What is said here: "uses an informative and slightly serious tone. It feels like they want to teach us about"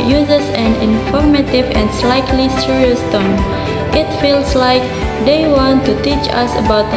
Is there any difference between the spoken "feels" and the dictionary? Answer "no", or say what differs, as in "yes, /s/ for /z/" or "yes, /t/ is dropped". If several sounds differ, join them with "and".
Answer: yes, /s/ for /z/